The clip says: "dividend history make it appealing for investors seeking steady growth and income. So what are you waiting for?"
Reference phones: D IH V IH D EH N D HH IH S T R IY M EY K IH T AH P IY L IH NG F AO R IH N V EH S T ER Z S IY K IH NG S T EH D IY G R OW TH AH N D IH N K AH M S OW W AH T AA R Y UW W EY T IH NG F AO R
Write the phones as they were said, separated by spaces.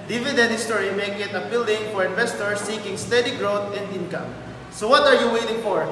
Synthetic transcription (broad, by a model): D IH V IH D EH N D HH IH S T R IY M EY K IH T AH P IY L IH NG F AO R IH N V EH S T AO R S IY K IH NG S T EH D IY G R OW T AH N D IH N K AH M S OW W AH T AA R Y UW W EY T IH NG F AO R